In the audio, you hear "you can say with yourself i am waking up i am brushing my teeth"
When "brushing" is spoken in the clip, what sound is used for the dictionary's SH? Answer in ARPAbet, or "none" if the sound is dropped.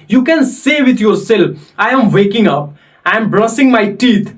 S